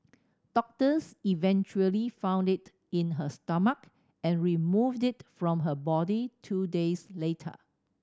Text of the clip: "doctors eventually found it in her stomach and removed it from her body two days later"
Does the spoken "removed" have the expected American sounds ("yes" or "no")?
yes